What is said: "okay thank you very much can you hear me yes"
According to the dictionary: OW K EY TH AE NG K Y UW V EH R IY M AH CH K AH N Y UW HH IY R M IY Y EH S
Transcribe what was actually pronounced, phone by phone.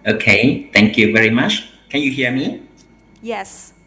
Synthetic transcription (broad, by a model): OW K EY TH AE NG K Y UW V EH R IY M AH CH K AH N Y UW HH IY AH M IY Y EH S